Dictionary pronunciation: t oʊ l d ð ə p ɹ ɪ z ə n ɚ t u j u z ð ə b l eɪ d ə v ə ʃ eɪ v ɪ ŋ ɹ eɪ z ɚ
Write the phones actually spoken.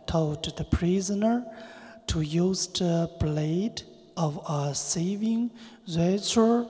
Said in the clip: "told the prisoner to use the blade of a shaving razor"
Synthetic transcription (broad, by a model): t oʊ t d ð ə p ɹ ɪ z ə n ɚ t u j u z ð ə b l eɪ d ə v ə s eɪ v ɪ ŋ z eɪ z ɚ